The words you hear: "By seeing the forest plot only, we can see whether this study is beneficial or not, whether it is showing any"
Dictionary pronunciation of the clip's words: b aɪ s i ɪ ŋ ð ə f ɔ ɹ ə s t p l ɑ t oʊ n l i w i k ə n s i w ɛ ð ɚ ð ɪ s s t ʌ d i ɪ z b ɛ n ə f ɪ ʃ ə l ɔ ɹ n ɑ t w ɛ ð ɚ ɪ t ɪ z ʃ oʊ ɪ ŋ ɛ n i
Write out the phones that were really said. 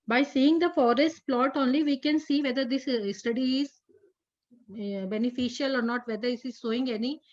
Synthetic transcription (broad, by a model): b aɪ s i ɪ ŋ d ə f ɔ ɹ ə s t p l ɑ t oʊ n l i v i k ə n s i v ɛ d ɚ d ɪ s s t ʌ d i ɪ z b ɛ n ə f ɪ ʃ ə l ɔ ɹ n ɑ t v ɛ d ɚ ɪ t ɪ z s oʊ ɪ ŋ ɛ n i